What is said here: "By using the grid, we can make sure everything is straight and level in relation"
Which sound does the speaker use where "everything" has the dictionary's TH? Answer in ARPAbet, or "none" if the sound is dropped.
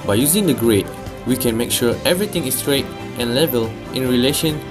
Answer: T